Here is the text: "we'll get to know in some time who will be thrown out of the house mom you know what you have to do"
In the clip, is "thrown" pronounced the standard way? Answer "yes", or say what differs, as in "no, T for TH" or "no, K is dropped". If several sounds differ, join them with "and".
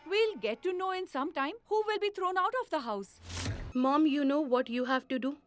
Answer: no, T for TH